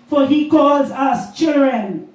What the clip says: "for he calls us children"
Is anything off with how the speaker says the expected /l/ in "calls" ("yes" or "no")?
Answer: no